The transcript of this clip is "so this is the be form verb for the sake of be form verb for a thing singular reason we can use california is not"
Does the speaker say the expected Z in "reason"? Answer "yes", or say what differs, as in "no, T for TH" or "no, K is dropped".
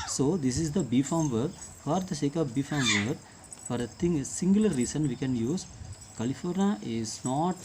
no, S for Z